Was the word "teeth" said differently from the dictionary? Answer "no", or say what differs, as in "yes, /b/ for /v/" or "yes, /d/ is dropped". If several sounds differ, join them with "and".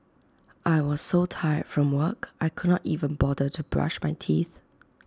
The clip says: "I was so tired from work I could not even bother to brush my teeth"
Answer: no